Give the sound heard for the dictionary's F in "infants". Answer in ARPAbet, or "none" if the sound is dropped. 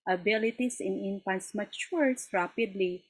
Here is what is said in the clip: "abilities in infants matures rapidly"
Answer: P